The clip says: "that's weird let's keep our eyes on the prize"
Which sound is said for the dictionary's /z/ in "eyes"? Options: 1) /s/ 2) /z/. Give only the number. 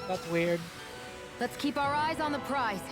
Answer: 2